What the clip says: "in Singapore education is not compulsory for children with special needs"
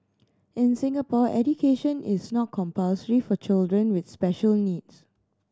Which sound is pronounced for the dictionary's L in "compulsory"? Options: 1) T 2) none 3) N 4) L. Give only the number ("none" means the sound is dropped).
4